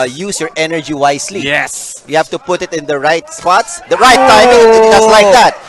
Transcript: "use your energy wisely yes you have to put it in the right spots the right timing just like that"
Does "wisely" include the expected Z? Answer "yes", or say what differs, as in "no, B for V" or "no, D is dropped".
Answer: no, S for Z